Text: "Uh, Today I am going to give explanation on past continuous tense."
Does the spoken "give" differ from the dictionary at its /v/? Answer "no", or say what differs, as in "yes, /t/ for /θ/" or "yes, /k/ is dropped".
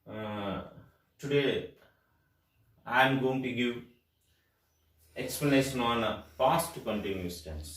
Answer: yes, /v/ is dropped